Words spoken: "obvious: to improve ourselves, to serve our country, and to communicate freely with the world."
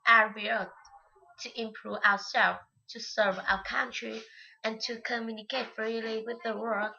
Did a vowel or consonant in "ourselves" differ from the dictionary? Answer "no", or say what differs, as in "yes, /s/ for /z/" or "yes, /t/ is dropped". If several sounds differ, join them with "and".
yes, /z/ is dropped